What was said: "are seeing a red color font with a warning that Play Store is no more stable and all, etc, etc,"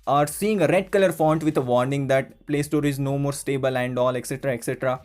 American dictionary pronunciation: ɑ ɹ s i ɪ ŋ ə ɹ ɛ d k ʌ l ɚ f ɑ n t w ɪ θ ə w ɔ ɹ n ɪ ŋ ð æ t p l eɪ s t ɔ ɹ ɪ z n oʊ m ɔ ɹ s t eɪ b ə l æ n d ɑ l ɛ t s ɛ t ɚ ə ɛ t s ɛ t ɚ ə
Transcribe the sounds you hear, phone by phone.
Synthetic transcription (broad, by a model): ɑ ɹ s i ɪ ŋ ə ɹ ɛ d k ʌ l ɚ f ɑ n t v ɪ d ə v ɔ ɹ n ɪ ŋ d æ t p l eɪ s t ɔ ɹ ɪ z n oʊ m ɔ ɹ s t eɪ b ə l æ n d ɑ l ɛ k s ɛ t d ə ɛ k s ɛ t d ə